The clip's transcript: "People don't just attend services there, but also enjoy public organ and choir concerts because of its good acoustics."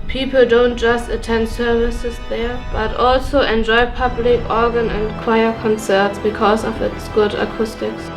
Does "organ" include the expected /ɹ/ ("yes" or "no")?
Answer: yes